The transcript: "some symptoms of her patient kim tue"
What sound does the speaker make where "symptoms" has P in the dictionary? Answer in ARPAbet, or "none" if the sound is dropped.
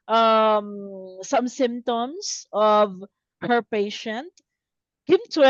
none